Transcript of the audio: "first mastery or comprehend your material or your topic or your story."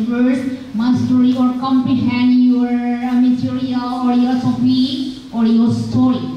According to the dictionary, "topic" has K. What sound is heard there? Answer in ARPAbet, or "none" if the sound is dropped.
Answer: none